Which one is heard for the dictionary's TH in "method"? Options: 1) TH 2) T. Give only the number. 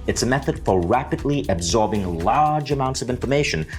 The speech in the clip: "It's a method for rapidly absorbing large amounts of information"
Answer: 1